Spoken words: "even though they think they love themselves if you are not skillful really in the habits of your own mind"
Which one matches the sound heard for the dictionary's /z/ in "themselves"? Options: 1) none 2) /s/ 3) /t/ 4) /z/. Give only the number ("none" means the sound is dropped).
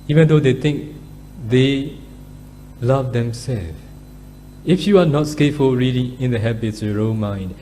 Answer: 1